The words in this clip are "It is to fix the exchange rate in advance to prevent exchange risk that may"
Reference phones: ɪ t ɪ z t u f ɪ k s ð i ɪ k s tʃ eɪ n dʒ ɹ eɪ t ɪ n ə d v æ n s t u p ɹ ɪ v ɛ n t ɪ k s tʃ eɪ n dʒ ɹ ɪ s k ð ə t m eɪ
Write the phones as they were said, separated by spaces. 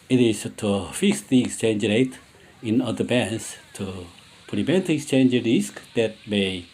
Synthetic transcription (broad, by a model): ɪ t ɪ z t u f ɪ k s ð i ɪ k s tʃ eɪ n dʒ ɹ eɪ t ɪ n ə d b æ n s t u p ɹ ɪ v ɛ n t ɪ k s tʃ eɪ n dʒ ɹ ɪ s k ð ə t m eɪ